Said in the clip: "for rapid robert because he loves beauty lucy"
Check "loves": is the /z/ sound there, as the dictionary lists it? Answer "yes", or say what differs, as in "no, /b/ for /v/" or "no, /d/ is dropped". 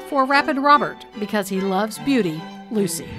yes